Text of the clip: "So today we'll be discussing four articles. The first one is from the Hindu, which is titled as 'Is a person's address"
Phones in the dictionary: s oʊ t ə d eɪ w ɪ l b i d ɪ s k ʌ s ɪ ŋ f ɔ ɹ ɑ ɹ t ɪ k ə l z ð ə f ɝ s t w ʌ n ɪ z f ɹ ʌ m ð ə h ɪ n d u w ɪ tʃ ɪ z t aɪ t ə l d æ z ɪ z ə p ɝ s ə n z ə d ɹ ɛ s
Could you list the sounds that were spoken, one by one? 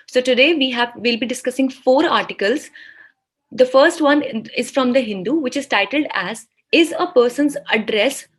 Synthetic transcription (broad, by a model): s oʊ t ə d eɪ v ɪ l b i d ɪ s k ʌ s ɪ ŋ f ɔ ɹ ɑ ɹ t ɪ k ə l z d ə f ɝ s t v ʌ n ɪ z f ɹ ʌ m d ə h ɪ n d u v ɪ tʃ ɪ z t aɪ t ə l d æ z ɪ z ə p ɝ s ə n z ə d ɹ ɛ s